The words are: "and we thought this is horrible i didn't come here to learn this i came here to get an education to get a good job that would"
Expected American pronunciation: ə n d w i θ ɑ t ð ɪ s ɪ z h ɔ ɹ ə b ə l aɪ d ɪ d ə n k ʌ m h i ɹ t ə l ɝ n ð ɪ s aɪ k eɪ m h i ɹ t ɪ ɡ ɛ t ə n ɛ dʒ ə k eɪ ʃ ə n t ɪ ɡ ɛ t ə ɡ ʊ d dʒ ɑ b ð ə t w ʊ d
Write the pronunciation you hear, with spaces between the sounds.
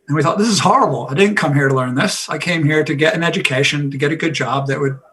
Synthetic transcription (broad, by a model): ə n w i θ ɑ t ð ɪ s ɪ z h ɔ ɹ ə b l aɪ d ɪ d n k ʌ m h i ɹ t ə l ɝ n ð ɪ s aɪ k eɪ m h i ɹ t ɪ ɡ ɛ t ə n ɛ dʒ ə k eɪ ʃ ə n t ɪ ɡ ɛ t ə ɡ ʊ d dʒ ɑ b ð ə t w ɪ d